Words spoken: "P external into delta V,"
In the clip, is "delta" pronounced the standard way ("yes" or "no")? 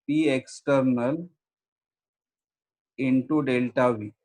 yes